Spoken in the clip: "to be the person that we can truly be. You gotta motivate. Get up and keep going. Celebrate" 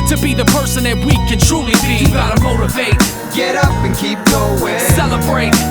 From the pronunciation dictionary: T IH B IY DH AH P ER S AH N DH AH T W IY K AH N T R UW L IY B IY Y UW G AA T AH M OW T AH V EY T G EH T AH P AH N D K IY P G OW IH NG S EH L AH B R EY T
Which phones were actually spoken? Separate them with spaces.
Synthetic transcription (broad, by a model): T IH B IY DH AH P ER S AH N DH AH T W IY K AH N T R UW L IY B IY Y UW G AA T AH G OW T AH F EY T G EH T AH P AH N K IY P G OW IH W S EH L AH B R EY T